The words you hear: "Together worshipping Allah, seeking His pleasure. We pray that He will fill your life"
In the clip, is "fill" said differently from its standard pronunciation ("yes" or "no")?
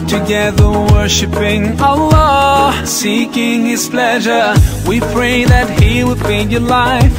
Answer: yes